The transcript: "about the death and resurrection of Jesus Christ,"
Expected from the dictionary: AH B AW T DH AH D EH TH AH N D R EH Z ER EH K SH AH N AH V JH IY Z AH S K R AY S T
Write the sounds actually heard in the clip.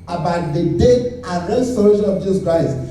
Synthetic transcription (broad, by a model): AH B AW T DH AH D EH T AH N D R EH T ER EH SH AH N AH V JH IY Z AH S K R AY S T